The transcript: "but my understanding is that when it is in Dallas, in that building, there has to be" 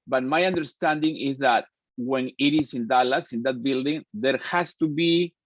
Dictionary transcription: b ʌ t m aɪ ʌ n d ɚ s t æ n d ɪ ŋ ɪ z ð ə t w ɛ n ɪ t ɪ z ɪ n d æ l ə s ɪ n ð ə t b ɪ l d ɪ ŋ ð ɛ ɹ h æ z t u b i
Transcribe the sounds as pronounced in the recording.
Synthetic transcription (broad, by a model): b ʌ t m aɪ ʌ n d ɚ s t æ n d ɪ ŋ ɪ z ð ə t w ɛ n ɪ t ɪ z ɪ n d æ l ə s ɪ n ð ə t b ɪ l d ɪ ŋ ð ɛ ɹ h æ s t u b i